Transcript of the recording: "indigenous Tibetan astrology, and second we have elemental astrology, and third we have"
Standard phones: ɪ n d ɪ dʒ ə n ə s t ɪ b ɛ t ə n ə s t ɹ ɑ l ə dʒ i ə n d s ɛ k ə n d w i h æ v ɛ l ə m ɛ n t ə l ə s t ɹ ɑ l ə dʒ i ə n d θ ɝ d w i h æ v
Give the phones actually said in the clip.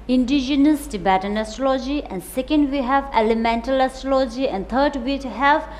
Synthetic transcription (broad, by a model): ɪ n d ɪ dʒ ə n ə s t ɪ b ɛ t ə n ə s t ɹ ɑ l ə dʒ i ə n d s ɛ k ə n d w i h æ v ɛ l ə m ɛ n t ə l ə s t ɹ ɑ l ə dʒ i ə n d t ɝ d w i h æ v